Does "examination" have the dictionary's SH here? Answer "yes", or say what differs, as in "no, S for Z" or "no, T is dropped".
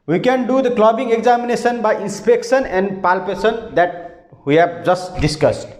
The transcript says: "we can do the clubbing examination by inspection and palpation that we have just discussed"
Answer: no, S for SH